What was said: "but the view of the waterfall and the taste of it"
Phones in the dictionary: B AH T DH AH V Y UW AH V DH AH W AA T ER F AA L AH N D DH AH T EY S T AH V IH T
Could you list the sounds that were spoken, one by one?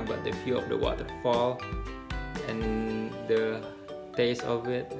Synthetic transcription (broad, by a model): B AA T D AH F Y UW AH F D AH W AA T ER F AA L AH N D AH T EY S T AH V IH T